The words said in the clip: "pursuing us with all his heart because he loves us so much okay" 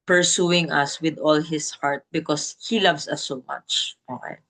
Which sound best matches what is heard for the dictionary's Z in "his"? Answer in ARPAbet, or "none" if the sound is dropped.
S